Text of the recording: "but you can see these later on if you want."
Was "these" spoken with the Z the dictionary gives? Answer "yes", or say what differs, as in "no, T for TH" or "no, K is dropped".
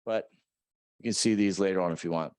yes